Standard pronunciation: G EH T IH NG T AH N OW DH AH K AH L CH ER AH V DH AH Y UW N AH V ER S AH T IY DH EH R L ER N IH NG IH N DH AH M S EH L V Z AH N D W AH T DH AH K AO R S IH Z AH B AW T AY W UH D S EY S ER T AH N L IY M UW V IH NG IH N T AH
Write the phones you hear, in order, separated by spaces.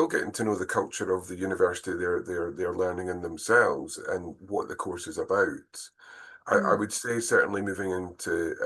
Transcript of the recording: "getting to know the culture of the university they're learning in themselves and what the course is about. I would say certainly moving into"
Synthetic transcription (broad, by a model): G EH T IH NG T AH N OW DH AH K AH L CH ER AH V DH AH Y UW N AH V ER S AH T IY DH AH R L ER N IH NG IH N DH AH M S EH L V Z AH N W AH T DH AH K AO R S IH Z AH B AW T AY W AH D S EY S ER T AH N L IY M UW V IH NG IH N T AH